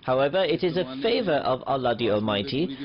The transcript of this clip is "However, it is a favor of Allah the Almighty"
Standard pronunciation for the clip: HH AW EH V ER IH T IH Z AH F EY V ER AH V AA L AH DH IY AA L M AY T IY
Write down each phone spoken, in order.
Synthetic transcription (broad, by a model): HH AW EH V ER IH T IH Z AH F EY V ER AH V AA L AH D IY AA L M AY T IY